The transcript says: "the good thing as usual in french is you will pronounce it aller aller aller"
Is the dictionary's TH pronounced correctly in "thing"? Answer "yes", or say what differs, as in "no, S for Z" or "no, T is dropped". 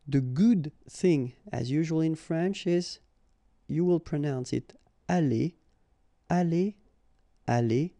yes